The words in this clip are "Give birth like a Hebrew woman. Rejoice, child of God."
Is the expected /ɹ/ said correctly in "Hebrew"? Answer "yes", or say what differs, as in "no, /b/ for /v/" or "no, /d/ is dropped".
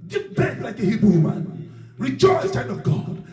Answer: no, /ɹ/ is dropped